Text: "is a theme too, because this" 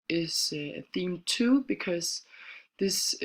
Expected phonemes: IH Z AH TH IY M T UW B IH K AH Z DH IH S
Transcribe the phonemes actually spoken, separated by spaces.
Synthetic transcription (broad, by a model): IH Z AH TH IY M T UW B IH K AH Z DH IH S